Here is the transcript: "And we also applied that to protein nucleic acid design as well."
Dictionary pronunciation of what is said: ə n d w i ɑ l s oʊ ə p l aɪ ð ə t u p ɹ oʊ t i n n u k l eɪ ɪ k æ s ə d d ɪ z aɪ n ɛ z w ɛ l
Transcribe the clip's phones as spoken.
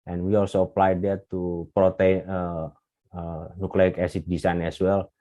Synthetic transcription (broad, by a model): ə n w i ɑ l s oʊ ə p l aɪ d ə t u p ɹ oʊ t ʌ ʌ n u k l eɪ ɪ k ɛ s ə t d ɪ s aɪ n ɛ s w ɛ l